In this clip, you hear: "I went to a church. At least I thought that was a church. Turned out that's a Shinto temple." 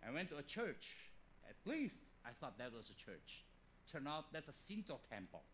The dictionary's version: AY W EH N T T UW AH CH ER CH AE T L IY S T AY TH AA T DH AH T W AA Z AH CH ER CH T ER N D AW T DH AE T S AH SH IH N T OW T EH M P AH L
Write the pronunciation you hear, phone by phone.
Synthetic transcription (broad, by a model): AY W EH N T T UW AH CH ER CH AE T L IY S T AY TH AA T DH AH T W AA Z AH CH ER CH T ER N AW T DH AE T S AH S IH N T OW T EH M P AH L